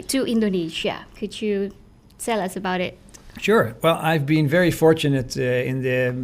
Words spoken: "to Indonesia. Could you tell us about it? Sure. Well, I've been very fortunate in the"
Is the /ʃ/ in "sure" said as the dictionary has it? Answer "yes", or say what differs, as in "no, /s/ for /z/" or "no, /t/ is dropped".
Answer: yes